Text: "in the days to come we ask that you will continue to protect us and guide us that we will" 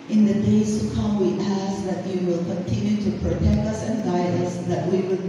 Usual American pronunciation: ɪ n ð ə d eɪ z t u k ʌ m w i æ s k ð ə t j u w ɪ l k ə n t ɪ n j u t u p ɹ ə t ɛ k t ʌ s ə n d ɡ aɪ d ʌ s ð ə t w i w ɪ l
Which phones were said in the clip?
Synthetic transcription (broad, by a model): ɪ n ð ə d eɪ s t u k ʌ m w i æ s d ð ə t j u w ɪ l k ə n t ɪ n j u t u p ɹ ə t ɛ k t ʌ s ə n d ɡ aɪ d ʌ s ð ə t w i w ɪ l